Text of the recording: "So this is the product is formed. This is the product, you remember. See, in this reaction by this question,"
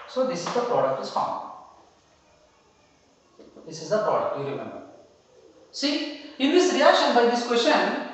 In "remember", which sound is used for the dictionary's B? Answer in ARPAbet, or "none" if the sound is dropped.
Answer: B